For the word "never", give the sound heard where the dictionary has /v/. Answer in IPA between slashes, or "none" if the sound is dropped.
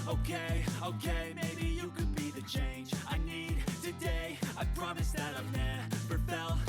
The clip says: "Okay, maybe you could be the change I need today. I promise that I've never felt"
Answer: /p/